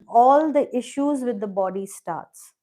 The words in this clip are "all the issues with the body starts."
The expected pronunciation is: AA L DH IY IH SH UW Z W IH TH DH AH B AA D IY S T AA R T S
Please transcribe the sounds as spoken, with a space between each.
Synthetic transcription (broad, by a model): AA L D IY IH SH UW Z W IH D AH B AA D IY S T AA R T S